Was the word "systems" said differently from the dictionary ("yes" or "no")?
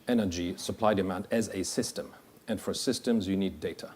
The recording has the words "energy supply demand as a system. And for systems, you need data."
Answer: no